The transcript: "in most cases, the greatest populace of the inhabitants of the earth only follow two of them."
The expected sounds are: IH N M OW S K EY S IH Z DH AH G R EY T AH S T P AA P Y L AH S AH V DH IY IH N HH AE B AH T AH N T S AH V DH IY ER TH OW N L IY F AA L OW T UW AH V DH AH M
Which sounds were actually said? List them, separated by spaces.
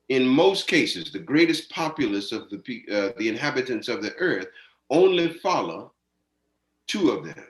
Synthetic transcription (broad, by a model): IH N M OW S K EY S IH Z DH AH G R EY T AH S P AA P Y L AH S AH V DH IY IH N HH AE B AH T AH N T S AH V DH IY ER TH OW N L IY F AA L OW T UW AH V DH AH M